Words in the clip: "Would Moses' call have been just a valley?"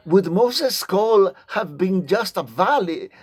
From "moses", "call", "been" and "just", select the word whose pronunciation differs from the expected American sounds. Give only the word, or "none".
moses